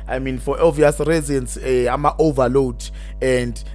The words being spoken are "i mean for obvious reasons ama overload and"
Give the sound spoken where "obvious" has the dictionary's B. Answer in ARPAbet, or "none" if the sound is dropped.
none